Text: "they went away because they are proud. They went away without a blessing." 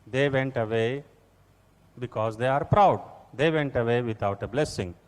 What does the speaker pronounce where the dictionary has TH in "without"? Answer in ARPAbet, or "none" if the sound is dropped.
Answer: T